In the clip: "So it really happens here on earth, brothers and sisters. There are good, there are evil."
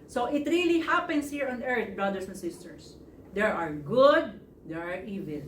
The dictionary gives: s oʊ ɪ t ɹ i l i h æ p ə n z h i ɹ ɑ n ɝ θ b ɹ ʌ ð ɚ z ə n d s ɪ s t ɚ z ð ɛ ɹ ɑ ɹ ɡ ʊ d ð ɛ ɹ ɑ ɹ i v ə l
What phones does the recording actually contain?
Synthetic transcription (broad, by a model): s oʊ ɪ t ɹ i l i h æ p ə n s h i ɹ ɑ n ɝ t b ɹ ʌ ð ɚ s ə n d s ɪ s t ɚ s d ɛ ɹ ɑ ɹ ɡ ʊ d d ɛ ɹ ɑ ɹ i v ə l